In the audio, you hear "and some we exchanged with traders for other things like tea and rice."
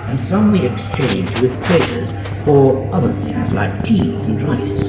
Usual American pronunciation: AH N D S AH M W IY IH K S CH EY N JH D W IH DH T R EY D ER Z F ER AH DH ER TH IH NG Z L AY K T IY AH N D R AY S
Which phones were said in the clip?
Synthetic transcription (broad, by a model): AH N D S AH M W IY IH K S CH EY N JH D W IH DH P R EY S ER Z F ER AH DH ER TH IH Z L AY K T IY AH N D R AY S